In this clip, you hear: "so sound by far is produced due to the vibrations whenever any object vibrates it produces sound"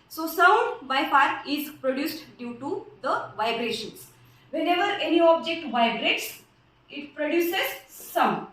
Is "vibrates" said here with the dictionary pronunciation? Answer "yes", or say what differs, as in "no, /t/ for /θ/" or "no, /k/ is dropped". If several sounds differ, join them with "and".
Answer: yes